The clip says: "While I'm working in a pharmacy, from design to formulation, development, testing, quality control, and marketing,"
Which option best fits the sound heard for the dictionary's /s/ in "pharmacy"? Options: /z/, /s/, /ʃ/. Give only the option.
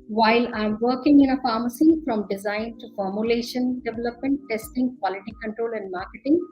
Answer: /s/